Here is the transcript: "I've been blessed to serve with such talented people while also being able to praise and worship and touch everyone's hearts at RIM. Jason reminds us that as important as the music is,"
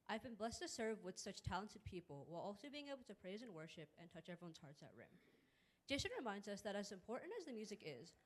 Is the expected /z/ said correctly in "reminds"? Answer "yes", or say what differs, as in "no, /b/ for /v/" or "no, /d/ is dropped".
yes